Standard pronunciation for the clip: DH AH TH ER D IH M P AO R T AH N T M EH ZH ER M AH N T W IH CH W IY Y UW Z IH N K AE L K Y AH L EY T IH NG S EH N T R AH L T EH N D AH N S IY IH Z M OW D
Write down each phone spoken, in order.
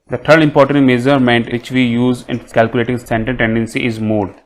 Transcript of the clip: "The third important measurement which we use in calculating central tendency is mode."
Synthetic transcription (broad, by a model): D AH T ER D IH M P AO R T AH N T M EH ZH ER M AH N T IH CH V IY Y UW Z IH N K AE L K Y AH L EY T IH NG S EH N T AH N T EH N D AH N S IY IH Z M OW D